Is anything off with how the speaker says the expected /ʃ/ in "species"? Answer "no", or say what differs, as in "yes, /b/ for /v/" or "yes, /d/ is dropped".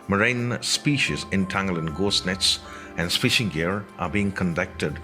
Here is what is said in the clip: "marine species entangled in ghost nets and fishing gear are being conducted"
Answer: no